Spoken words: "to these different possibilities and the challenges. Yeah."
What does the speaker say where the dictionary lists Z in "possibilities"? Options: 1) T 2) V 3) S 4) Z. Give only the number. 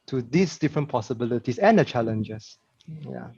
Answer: 3